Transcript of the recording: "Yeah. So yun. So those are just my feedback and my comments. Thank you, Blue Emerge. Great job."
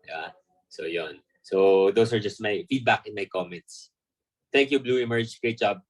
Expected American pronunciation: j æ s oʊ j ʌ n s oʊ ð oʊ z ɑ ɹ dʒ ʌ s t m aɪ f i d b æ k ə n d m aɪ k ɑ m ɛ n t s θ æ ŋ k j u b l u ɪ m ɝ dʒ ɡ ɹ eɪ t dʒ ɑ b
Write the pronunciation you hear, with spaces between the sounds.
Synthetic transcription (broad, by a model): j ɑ s oʊ j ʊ n s oʊ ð oʊ s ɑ ɹ dʒ ʌ s t m aɪ f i d b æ k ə n m aɪ k ɑ m ɛ n t s t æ ŋ k j u b l u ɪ m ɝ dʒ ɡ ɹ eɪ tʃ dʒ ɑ b